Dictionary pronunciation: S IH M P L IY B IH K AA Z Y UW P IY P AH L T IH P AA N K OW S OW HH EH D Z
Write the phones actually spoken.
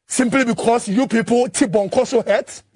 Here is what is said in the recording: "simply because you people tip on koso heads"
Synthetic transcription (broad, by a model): S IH M P L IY B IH K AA S Y UW P IY P AH L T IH B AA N K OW S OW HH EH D